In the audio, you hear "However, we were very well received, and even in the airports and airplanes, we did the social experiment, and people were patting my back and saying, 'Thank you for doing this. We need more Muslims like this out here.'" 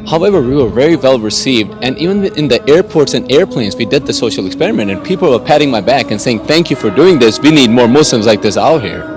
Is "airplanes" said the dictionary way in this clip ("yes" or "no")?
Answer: yes